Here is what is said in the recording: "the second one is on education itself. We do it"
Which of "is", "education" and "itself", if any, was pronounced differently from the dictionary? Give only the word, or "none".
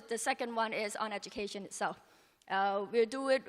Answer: none